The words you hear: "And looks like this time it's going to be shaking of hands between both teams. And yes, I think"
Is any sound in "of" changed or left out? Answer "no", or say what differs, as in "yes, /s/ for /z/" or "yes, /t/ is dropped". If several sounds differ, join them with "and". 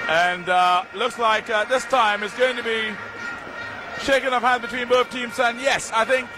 yes, /p/ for /v/